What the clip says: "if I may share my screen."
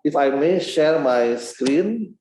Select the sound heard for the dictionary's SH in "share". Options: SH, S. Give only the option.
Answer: SH